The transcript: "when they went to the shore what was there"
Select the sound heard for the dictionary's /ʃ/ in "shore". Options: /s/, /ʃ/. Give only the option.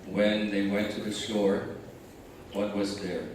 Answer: /s/